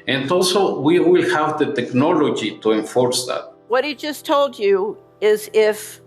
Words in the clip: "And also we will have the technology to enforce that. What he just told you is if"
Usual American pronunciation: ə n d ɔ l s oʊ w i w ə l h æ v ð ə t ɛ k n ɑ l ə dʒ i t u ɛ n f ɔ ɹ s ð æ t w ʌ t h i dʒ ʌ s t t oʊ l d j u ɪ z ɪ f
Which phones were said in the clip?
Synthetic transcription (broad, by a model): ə n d ɔ l s oʊ w i w ə l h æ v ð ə t ɛ k n ɑ l ə dʒ i t u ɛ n f ɔ ɹ s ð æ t w ʌ t h i dʒ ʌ s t t oʊ l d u ɪ z ɪ f